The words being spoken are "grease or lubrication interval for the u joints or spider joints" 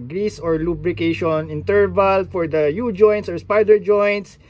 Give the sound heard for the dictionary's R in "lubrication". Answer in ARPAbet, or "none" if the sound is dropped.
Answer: R